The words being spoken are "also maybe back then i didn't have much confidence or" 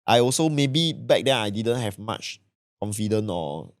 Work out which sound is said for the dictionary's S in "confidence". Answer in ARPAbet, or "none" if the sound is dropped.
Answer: none